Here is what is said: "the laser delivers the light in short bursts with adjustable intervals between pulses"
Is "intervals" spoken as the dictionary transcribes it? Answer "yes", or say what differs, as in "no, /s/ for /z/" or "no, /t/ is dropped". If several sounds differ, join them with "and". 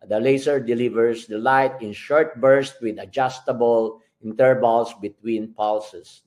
no, /b/ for /v/ and /s/ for /z/